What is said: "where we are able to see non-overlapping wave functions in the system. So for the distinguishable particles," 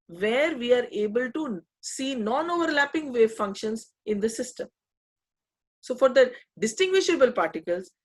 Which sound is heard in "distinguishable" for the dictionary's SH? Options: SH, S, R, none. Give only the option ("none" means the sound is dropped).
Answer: SH